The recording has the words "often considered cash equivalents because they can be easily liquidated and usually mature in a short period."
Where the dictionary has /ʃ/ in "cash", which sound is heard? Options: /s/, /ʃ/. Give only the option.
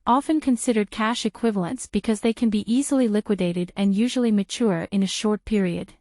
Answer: /ʃ/